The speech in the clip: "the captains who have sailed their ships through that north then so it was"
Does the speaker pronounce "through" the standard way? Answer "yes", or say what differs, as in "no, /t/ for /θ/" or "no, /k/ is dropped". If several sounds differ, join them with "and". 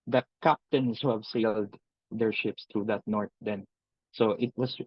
no, /t/ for /θ/